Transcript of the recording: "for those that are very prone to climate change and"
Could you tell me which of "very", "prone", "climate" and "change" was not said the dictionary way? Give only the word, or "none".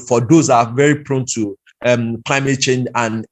none